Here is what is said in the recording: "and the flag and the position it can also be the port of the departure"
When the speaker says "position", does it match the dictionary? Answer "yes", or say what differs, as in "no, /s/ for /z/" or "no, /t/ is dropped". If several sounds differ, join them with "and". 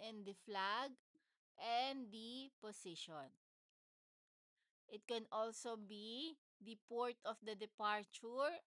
no, /s/ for /z/